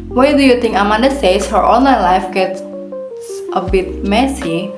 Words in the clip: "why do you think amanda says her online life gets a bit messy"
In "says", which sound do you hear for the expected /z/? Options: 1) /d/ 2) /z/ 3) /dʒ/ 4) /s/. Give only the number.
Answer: 4